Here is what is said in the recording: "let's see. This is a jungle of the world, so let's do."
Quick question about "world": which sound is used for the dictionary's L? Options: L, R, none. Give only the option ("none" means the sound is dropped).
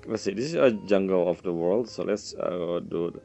L